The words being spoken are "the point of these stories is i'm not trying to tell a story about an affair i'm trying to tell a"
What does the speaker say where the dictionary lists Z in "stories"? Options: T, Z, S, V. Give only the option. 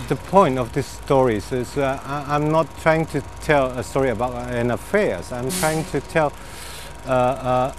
S